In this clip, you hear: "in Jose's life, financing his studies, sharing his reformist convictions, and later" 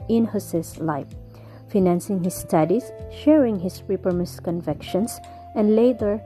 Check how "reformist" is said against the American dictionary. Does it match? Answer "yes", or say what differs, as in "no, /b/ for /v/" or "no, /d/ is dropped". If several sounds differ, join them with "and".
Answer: no, /p/ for /f/